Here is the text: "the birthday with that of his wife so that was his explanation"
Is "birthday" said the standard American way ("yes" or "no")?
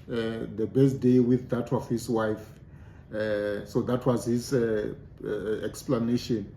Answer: no